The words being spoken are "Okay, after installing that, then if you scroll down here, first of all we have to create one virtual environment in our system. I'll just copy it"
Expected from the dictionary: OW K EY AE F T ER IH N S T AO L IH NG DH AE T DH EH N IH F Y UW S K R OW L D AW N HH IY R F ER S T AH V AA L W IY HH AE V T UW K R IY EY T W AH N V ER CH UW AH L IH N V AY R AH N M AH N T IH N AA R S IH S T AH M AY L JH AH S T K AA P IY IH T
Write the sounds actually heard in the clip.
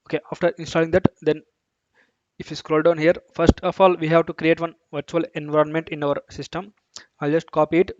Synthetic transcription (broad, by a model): OW K EY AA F T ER IH N S T AO L IH NG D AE T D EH N IH F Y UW S K R OW L D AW N HH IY R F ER S T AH F AA L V IY HH AE V T UW K R IY EY T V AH N V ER CH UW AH L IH N V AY R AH N M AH N T IH N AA R S IH S T AH M AY L JH AH S T K AA P IY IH T